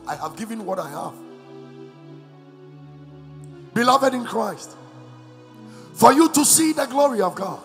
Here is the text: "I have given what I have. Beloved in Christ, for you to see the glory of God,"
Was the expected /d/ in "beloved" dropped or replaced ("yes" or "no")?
no